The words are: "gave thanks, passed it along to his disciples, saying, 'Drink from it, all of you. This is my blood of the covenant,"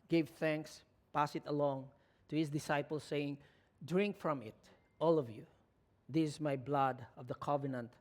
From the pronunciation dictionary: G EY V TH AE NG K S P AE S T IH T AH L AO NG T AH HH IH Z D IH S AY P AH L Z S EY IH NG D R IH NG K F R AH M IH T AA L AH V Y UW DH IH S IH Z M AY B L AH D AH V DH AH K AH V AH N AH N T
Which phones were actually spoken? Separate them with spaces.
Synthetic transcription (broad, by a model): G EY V TH AE NG K S P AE S IH T AH L AO NG T AH HH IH S D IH S AY P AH L S EY IH NG D R IH NG K F R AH M IH T AA L AH V Y UW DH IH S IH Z M AY B L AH D AH V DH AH K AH V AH N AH N T